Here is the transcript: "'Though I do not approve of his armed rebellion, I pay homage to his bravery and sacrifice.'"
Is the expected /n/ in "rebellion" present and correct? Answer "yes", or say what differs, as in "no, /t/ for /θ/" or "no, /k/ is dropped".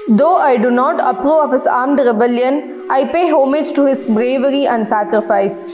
yes